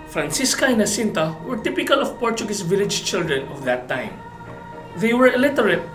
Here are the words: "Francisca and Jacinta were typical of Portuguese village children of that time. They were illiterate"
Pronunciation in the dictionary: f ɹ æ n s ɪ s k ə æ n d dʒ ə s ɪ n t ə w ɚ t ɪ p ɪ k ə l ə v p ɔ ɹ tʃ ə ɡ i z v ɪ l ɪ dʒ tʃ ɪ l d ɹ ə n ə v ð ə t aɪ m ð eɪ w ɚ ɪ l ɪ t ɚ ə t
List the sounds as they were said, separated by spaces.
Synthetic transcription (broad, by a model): f ɹ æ n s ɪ s k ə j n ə s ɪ n t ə w ɚ t ɪ p ɪ k ə l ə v p ɔ ɹ tʃ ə ɡ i s v ɪ l ɪ dʒ tʃ ɪ l d ɹ ə n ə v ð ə t aɪ m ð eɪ w ɚ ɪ l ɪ t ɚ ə t